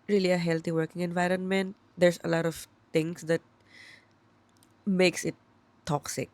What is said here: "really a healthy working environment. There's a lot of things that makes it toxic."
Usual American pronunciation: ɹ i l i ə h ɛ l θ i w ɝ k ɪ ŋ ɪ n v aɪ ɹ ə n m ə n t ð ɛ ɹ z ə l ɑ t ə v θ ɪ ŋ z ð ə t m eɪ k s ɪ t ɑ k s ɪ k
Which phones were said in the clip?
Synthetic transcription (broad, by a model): ɹ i l i ə h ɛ l t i w ɝ k ɪ ŋ ɪ n v aɪ ɹ ə n m ə n t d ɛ ɹ s ə l ɑ t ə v t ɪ ŋ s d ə t m eɪ k s ɪ t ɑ k s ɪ k